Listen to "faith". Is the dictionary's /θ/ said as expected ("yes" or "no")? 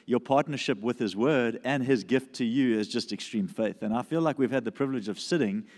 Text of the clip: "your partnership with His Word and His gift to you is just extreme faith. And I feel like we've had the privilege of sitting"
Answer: yes